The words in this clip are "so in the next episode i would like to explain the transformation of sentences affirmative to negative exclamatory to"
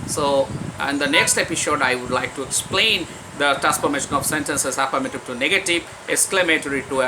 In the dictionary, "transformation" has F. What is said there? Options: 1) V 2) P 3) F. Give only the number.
2